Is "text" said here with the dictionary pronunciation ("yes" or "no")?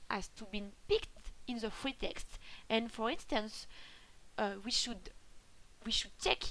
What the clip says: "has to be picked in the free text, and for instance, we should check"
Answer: yes